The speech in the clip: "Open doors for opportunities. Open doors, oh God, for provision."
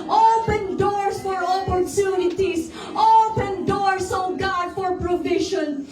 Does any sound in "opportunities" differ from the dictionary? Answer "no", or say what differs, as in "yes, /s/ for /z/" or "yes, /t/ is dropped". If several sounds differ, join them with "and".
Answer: yes, /s/ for /z/